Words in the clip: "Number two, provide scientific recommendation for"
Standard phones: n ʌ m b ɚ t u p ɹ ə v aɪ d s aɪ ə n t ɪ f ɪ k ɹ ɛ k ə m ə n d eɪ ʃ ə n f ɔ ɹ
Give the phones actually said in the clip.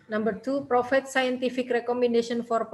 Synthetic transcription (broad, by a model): n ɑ m b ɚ t u p ɹ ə f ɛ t s aɪ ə n t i f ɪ k ɹ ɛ k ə m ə n d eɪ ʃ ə n f ɔ ɹ